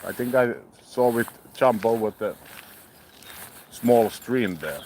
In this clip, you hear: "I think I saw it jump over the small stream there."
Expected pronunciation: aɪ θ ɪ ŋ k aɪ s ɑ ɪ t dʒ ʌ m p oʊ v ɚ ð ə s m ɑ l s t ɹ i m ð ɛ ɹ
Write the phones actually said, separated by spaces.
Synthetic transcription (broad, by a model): aɪ θ ɪ ŋ k aɪ s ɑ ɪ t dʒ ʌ m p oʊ w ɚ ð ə s m ɑ l s t ɹ i m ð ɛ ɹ